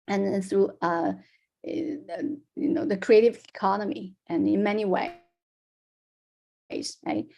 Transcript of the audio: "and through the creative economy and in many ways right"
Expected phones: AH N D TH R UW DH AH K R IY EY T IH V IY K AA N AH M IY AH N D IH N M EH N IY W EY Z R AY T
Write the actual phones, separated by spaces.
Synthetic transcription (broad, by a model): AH N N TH R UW DH AH K R IY EY T IH V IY K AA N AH M IY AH N IH N M EH N IY W EY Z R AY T